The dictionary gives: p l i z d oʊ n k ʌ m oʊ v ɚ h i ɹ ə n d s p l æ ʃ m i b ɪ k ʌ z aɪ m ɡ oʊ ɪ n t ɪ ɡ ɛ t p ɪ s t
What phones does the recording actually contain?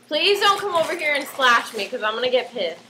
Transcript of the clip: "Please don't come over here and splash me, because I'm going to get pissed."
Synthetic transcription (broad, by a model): p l i z d oʊ n k ʌ m oʊ v ɚ h i ɹ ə n s l æ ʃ m i k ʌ z aɪ m ɡ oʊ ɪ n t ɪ ɡ ɛ t p ɪ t